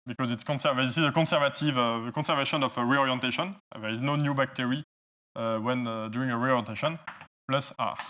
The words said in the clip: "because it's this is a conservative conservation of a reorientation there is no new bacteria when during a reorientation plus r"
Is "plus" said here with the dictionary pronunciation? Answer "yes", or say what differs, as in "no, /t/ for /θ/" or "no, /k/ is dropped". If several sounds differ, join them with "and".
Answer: yes